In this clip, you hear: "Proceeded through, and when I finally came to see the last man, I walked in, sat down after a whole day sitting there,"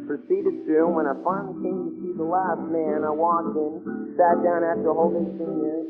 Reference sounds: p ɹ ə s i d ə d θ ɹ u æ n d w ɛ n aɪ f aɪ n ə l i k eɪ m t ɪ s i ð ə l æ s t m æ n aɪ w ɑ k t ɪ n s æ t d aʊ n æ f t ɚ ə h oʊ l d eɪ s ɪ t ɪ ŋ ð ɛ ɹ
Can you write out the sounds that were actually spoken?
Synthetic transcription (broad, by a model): p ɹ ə s i d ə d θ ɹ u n w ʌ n aɪ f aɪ ə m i k eɪ m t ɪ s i ð ə l æ s t m æ n aɪ w ɑ k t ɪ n s æ t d aʊ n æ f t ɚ ə h oʊ l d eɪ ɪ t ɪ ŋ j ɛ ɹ